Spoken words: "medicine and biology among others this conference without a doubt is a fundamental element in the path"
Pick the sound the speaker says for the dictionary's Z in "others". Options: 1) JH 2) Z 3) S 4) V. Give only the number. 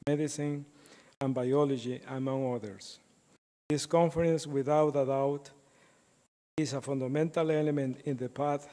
3